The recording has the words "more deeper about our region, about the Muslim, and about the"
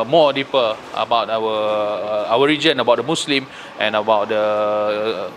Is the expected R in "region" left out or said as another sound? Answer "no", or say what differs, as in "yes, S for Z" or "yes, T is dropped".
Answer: no